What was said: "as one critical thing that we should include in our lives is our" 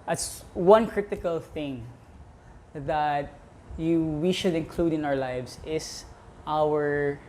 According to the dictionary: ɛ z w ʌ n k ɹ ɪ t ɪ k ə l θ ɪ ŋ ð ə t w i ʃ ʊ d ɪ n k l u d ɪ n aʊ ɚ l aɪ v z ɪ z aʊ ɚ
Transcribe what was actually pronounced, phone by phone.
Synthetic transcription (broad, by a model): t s w ʌ n k ɹ ɪ t ɪ k ə l θ ɪ ŋ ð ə t w i ʃ ʊ d ɪ n k l u d ɪ n aʊ ɚ l aɪ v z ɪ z aʊ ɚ